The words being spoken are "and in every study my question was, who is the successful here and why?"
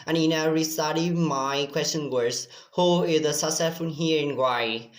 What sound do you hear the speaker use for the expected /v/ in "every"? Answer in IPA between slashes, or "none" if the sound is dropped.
none